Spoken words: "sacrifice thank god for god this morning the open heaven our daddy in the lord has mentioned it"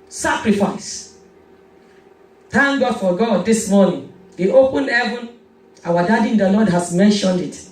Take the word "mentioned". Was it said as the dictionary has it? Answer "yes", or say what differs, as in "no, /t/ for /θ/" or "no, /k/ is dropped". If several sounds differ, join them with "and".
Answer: yes